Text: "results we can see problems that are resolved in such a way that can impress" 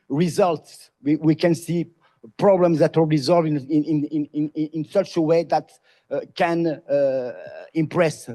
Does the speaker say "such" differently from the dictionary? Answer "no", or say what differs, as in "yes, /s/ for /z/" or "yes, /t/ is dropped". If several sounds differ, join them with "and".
no